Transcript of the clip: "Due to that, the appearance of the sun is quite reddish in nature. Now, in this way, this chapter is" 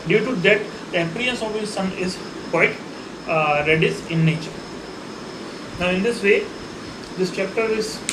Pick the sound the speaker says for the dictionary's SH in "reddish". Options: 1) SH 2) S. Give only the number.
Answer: 2